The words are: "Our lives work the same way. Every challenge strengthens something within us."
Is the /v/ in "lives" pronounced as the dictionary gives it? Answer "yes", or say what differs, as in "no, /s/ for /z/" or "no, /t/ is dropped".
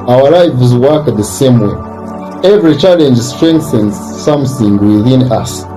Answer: no, /f/ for /v/